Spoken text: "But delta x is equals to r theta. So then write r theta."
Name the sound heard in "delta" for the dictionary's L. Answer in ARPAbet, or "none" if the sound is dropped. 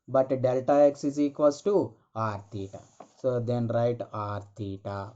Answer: L